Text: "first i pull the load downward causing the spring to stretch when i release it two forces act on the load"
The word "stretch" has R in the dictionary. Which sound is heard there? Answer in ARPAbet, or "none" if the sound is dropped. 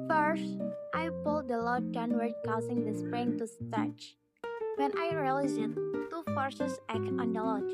none